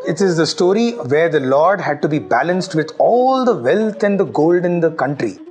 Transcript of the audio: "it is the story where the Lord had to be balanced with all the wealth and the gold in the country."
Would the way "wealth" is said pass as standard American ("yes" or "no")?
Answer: no